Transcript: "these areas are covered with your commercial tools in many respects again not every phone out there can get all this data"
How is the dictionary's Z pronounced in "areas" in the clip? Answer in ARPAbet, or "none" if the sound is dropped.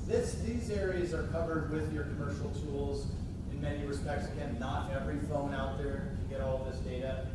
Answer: Z